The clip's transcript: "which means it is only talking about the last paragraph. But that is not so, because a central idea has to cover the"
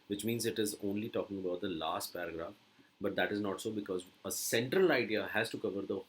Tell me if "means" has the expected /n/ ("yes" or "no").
yes